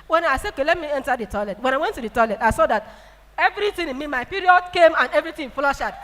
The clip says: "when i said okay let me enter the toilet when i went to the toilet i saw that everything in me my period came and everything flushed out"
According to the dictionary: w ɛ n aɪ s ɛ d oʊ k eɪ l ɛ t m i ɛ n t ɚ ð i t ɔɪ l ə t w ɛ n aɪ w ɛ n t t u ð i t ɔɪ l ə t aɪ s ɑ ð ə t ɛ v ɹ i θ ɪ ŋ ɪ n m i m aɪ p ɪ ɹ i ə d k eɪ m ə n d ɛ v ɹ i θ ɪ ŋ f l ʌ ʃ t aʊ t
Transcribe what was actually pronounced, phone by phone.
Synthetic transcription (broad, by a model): w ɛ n aɪ s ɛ oʊ k eɪ l ɛ t m i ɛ n t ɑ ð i t ɔɪ l ə t w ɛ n aɪ w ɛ n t t u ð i t ɔɪ l ə t aɪ s ɑ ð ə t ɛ v ɹ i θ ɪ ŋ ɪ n m i m aɪ p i ɹ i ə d k eɪ m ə n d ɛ v ɹ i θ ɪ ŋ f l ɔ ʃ aʊ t